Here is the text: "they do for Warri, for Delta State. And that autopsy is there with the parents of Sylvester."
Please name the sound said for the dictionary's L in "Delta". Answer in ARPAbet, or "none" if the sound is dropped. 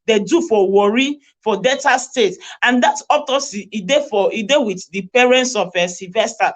none